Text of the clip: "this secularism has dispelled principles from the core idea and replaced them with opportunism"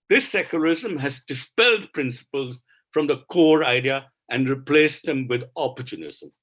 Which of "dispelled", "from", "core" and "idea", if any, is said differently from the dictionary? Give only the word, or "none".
none